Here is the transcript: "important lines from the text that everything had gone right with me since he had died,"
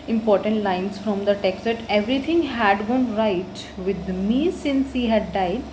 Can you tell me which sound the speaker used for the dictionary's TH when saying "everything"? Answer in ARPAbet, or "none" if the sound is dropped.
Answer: T